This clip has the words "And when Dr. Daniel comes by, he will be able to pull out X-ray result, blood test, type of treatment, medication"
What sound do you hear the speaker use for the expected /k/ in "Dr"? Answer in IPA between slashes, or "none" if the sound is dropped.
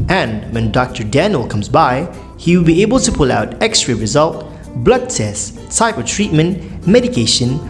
/k/